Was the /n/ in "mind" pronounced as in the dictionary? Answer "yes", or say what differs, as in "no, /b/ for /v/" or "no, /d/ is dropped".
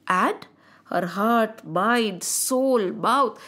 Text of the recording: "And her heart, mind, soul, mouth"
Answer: no, /n/ is dropped